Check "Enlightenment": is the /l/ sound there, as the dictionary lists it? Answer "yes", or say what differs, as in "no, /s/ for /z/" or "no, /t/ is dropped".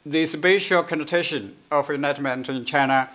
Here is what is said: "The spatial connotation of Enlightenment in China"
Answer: no, /l/ is dropped